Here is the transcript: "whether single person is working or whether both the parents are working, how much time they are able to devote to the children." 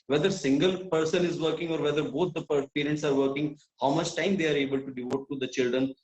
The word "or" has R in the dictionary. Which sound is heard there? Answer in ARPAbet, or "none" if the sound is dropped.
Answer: R